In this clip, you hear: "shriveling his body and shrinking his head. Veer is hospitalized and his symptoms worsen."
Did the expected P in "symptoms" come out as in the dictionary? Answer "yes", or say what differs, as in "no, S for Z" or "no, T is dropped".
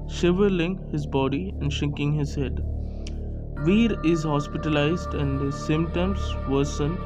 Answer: no, P is dropped